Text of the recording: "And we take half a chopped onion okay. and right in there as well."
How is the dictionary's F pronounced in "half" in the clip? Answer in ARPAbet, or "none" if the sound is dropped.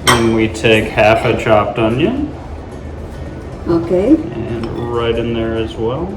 F